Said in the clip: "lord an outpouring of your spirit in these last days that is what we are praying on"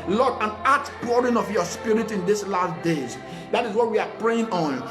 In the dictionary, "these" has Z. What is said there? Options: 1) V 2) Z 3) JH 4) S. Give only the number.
4